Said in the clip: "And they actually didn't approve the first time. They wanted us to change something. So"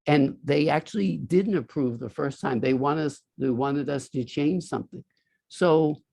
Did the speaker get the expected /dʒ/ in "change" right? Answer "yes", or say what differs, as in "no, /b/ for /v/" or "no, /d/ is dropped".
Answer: no, /ʒ/ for /dʒ/